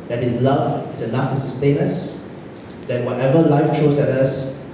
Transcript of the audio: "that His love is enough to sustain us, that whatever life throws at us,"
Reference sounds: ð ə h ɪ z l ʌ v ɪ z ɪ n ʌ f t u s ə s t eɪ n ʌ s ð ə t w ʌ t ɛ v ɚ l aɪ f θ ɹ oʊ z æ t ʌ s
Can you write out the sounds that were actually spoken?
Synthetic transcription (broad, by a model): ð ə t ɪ s l ʌ v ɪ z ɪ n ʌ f t u s ə s t eɪ n ʌ s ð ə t w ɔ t ɛ v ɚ l aɪ f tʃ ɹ oʊ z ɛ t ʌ s